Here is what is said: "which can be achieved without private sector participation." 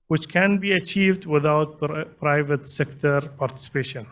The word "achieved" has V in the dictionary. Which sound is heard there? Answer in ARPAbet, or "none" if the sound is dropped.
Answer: V